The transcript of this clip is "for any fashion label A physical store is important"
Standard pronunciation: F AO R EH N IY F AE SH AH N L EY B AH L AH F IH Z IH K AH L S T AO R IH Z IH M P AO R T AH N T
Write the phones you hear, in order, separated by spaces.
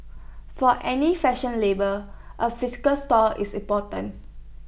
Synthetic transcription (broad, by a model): F AO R EH N IY F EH SH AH N L EY B AH L AH F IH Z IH K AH L S T AO L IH S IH M P AO T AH N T